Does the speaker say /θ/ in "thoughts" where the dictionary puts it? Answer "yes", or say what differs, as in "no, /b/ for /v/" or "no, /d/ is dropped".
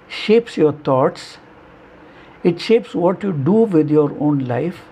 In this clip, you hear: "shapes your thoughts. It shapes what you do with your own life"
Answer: no, /t/ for /θ/